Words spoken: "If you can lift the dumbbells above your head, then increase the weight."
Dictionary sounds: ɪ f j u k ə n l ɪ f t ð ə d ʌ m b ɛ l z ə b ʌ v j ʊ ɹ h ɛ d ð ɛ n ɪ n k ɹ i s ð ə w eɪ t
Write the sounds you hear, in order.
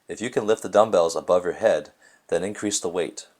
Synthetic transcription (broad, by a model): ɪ f j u k ə n l ɪ f t ð ə d ʌ m b ɛ l z ə b ʌ v j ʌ ɹ h ɛ d ð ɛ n ɪ n k ɹ i s ð ə w eɪ t